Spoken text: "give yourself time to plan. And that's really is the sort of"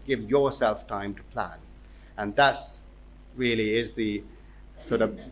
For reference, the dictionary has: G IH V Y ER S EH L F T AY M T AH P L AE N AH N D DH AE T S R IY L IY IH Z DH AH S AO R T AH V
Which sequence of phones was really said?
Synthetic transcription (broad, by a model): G IH V Y ER S EH L F T AY M T AH P L AE N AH N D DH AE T S R IY L IY IH Z DH AH S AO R T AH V